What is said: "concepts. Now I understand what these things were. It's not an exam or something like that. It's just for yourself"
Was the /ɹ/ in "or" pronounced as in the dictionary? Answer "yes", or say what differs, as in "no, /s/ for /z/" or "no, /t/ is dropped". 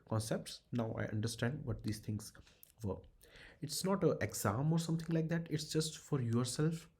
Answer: yes